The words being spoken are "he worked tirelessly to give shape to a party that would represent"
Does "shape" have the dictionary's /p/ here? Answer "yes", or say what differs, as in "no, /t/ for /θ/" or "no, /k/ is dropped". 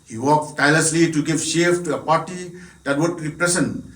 no, /f/ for /p/